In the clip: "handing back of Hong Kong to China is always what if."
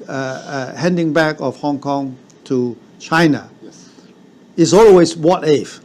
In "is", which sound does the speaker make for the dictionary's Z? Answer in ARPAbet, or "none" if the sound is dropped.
S